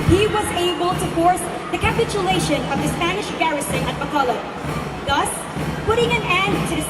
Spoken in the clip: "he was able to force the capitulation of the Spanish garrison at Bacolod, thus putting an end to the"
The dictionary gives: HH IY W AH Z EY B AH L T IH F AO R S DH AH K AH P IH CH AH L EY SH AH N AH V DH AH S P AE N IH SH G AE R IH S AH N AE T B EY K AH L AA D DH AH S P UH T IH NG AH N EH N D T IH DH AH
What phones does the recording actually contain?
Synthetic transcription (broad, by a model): HH IY W AH Z EY B AH L T IH F AO R S DH AH K AH P IH CH AH L EY SH AH N AH V DH AH S P AE N IH SH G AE R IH S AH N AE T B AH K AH L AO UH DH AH S P UH T IH NG AH N EH N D T IH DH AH